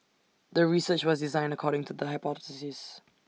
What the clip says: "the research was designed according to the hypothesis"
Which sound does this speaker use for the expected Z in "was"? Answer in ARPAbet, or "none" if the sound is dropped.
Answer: Z